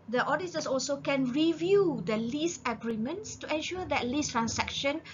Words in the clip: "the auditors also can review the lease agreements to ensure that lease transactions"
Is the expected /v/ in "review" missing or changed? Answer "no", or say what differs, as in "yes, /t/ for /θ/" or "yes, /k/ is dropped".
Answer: no